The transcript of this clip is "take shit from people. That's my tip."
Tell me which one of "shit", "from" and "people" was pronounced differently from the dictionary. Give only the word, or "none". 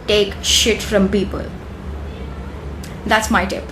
none